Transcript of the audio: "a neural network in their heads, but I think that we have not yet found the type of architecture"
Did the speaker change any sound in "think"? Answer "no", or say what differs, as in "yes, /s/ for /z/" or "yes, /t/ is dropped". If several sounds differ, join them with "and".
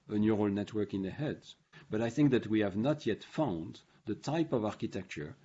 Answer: no